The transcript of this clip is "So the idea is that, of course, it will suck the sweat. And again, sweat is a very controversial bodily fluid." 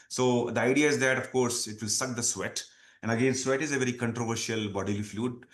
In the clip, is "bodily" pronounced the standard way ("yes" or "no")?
yes